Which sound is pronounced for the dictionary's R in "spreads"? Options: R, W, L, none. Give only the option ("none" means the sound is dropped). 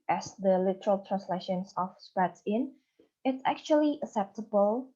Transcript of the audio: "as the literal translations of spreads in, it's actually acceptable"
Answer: none